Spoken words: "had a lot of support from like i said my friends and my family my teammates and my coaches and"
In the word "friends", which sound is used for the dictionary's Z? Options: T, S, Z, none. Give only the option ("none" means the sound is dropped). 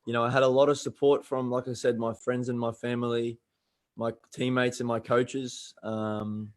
Z